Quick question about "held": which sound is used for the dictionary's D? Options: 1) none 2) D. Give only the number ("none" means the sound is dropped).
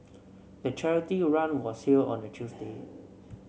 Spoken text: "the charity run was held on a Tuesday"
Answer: 1